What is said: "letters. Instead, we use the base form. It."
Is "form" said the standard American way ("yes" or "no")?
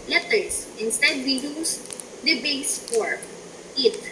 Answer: no